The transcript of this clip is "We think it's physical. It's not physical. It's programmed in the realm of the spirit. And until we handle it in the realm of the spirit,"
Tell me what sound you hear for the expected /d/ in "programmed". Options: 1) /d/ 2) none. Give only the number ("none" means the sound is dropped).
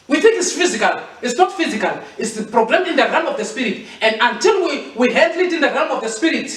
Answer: 2